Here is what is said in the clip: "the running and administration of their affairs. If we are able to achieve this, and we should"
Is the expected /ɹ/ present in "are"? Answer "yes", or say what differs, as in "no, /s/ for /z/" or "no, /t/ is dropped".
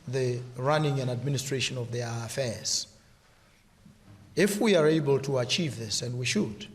yes